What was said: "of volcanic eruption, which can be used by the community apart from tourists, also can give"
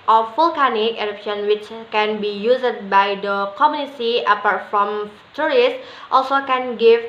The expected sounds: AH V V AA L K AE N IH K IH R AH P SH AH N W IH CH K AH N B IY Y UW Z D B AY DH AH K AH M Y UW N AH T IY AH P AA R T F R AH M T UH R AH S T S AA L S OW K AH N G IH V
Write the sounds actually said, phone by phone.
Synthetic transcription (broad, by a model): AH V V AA L K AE N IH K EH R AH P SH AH N W IH CH K AH N B IY Y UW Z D B AY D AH K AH M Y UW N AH S IY AH P AA R T F R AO M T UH R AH S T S AA L S OW K AH N G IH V